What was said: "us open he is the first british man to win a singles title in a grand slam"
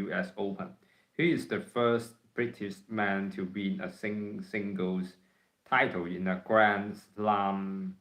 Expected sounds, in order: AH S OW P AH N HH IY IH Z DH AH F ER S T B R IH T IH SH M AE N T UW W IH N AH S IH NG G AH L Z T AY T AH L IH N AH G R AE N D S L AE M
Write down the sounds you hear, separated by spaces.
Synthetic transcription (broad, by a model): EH S OW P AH N HH IY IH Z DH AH F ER S T B R IH T IH SH M AE N T UW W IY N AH S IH NG G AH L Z T AY T AH L IH N AH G R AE N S L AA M